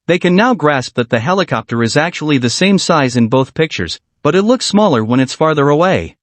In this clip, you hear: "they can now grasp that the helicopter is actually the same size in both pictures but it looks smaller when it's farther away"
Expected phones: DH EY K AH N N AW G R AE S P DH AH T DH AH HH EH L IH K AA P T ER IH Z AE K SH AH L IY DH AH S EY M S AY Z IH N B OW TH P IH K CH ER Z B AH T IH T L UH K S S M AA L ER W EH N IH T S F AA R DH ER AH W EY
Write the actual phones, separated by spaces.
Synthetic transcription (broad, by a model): DH EY K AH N N AW G R AE S P DH AH T DH AH HH EH L IH K AA P T ER IH Z AE K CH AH L IY DH AH S EY M S AY Z IH N B OW TH P IH K CH ER Z B AH T IH T L UH K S S M AA L ER W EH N IH T S F AA R DH ER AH W EY